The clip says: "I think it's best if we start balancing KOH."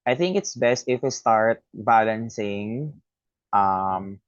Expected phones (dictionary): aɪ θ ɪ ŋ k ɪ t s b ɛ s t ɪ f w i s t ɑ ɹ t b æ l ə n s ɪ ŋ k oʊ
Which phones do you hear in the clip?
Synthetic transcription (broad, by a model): aɪ θ ɪ ŋ k ɪ t s b ɛ s t ɪ f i s t ɑ ɹ t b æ l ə n s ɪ ŋ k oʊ